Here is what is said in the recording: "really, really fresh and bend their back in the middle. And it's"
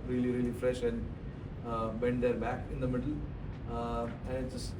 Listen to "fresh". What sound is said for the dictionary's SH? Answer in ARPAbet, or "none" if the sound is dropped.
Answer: SH